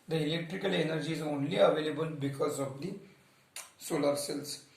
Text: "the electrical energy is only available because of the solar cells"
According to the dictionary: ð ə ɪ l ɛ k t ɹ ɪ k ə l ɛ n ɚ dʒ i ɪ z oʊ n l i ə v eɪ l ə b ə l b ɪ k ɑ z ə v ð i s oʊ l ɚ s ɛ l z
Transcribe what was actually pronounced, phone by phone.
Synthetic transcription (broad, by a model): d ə ɪ l ɛ k t ɹ ɪ k ə l ɛ n ɚ dʒ i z oʊ n l i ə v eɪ l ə b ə l b ɪ k ɑ z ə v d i s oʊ l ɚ s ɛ l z